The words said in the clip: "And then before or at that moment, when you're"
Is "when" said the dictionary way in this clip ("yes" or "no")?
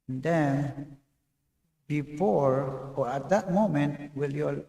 no